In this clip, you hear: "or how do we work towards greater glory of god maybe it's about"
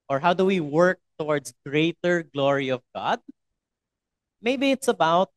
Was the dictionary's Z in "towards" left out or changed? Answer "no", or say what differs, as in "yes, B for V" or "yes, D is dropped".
yes, S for Z